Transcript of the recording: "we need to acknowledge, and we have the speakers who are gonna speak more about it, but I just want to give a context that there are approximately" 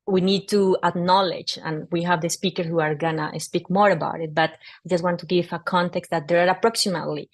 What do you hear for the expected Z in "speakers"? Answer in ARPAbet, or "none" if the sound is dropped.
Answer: none